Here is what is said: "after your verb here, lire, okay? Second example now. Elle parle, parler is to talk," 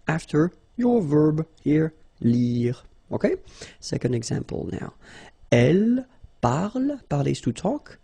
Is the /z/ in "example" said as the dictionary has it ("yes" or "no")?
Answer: yes